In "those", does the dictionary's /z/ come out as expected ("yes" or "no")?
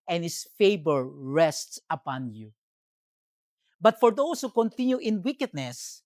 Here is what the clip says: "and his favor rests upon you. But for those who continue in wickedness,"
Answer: no